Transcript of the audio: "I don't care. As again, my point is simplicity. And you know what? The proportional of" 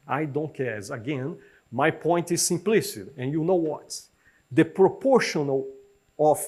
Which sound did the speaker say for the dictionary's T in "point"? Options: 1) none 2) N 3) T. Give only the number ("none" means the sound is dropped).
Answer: 3